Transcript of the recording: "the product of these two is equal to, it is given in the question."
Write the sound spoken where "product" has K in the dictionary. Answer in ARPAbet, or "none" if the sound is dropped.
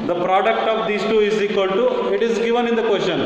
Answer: K